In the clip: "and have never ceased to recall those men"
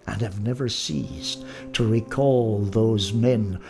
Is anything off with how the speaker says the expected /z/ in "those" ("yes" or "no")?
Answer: no